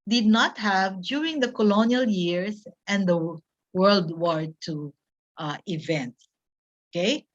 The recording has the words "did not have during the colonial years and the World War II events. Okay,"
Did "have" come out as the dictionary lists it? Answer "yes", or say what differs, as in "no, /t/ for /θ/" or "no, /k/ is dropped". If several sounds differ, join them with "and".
yes